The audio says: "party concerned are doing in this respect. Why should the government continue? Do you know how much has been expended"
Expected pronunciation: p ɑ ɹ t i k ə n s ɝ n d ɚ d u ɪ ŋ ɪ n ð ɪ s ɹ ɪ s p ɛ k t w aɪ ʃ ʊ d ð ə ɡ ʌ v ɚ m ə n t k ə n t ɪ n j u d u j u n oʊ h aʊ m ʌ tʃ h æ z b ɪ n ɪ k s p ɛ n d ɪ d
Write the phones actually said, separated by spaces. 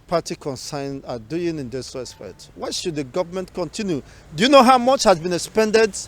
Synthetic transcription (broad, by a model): p ɑ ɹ t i k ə n s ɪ n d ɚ d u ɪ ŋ ɪ n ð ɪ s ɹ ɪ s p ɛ t w aɪ ʃ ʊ d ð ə ɡ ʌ v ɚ m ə n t k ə n t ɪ n j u d u j u n oʊ h aʊ m ʌ tʃ h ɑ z b ɪ n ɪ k s p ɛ n d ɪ d